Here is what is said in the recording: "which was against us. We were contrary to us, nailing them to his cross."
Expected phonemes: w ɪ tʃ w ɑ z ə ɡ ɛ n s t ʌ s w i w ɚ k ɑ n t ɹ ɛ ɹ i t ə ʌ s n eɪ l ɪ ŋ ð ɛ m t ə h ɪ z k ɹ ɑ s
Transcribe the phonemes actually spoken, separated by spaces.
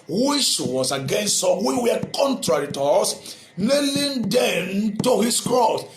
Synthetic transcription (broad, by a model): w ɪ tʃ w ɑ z ə ɡ ɛ n s t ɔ w i w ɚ k ɑ n t ɹ ɛ ɹ i t ə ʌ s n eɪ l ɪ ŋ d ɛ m t ə h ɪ s k ɹ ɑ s